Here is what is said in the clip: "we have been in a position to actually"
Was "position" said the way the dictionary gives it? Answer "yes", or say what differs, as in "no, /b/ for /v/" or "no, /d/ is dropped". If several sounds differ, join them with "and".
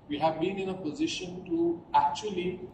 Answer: yes